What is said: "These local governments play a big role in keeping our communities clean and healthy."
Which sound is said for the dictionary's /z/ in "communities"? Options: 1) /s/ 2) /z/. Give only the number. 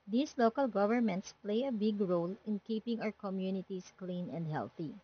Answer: 1